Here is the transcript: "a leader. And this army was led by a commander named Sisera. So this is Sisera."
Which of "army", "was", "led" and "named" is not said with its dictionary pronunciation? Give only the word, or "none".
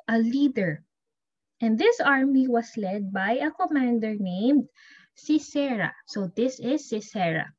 was